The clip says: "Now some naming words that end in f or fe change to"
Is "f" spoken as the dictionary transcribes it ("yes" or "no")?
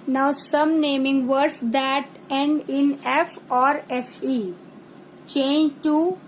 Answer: yes